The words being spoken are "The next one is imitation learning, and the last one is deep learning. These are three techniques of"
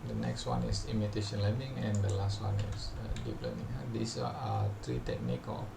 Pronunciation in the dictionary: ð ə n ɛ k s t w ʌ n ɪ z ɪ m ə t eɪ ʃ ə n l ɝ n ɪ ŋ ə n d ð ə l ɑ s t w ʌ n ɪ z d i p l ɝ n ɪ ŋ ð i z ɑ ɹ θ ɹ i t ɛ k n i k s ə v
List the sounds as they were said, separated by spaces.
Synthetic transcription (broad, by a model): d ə n ɛ k s t w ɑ n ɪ s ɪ m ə t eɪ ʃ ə n l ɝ n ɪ ŋ ə n d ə l ɑ s t w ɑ n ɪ s d i p l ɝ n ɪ ŋ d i s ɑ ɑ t ɹ i t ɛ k n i k ə